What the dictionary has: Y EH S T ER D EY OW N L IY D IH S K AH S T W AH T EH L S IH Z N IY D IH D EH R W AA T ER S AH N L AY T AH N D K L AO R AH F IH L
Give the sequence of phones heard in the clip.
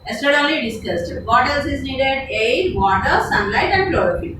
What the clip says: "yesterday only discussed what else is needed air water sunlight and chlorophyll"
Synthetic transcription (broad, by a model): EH S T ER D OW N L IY D IH S K AH S T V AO T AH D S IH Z N IY D IH D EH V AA T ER S AH N L AY T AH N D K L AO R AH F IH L